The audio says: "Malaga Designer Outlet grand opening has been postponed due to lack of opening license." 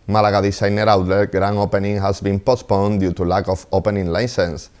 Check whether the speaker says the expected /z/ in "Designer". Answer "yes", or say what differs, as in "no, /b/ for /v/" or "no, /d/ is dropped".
no, /s/ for /z/